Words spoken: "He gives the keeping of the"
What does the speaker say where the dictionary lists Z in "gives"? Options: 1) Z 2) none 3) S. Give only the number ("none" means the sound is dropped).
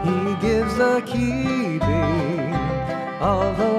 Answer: 1